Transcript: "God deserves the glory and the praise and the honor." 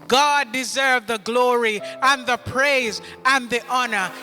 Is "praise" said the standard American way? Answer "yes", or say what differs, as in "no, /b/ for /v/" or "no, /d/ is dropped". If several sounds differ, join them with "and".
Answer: yes